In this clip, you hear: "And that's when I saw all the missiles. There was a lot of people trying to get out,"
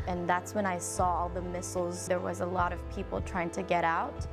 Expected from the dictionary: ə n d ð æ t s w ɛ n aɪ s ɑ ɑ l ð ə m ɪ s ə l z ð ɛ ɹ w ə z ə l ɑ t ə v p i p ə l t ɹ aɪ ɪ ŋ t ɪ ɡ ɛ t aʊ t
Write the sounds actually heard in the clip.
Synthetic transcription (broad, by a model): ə n ð æ t s w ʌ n aɪ s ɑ ɑ ð ə m ɪ s l z ð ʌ ɹ w ə z ə l ɑ t ə v p i p l t ɹ aɪ ɪ ŋ t ɪ ɡ ɛ t aʊ t